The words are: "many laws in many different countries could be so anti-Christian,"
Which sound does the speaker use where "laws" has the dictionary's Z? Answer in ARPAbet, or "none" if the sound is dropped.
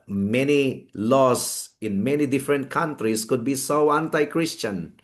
S